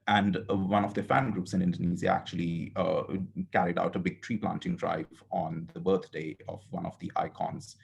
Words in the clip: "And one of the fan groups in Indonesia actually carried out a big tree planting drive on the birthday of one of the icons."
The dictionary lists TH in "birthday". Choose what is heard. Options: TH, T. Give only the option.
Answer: T